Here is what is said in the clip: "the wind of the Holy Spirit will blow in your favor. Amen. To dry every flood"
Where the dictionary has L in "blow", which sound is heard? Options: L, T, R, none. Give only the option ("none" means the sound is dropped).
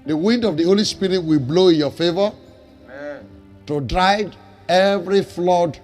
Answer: L